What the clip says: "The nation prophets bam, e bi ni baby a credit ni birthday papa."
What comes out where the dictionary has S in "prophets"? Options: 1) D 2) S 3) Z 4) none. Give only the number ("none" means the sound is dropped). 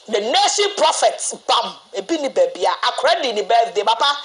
4